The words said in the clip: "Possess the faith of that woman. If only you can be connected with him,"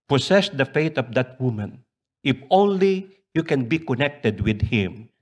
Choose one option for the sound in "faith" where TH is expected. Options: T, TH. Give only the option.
T